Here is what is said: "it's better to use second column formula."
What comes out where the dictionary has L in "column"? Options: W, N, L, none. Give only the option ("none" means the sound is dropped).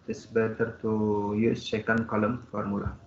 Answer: L